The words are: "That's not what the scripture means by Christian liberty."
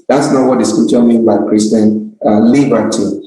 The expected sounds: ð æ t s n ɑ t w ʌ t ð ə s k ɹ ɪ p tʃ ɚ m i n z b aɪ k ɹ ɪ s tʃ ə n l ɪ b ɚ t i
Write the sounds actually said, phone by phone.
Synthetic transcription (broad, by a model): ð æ t s n ɑ t w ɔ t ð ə s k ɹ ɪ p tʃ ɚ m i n b aɪ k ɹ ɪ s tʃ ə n l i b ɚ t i